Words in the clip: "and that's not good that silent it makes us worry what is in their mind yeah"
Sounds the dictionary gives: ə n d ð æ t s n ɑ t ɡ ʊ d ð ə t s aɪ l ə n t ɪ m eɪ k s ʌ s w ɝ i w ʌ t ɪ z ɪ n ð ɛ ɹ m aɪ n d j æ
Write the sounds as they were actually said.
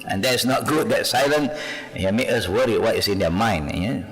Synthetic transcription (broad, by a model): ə n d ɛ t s n ɑ t ɡ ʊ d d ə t s aɪ l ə n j ɪ m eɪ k ʌ s w ɝ i w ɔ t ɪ s ɪ n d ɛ m aɪ n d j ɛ